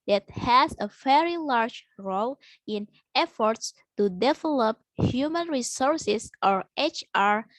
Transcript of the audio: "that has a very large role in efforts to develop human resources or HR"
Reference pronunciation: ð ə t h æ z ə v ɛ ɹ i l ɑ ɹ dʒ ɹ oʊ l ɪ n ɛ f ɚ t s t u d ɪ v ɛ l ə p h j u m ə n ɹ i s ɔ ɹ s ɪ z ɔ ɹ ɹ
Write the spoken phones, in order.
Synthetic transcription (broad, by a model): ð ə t h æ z ə v ɛ ɹ i l ɑ ɹ dʒ ɹ oʊ l ɪ n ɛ f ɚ t s t u d ɪ v ɛ l ə p h j u m ə n ɹ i s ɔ ɹ s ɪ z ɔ ɹ ɹ